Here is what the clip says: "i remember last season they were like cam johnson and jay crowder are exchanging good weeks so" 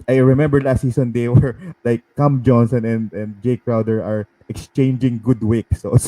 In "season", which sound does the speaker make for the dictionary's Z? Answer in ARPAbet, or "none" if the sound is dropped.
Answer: S